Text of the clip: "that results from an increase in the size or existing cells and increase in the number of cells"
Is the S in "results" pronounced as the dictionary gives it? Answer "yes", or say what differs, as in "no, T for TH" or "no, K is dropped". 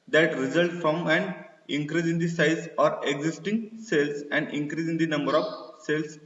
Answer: no, S is dropped